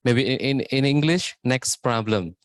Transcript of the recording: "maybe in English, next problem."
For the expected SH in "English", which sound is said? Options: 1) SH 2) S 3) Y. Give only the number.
1